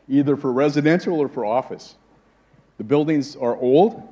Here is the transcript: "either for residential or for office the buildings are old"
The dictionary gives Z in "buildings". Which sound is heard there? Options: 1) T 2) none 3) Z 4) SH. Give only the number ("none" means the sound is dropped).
3